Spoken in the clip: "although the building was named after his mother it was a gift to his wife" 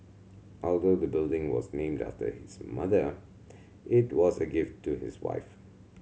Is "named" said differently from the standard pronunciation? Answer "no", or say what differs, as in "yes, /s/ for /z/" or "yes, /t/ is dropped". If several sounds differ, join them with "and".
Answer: no